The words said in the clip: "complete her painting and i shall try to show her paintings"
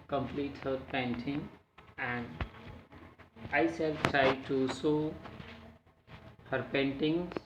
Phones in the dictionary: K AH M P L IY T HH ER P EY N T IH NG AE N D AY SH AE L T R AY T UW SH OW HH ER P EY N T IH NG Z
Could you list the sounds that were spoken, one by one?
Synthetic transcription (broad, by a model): K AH M P L IY T HH ER P EY N T IH NG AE N D AY S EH L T R AY T UW S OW HH ER P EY N T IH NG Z